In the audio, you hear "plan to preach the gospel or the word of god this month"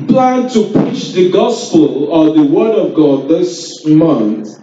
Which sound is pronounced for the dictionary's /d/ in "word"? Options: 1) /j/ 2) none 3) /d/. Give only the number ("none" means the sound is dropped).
3